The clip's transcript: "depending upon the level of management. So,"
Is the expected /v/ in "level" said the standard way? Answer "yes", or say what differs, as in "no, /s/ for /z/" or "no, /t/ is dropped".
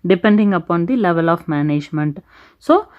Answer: yes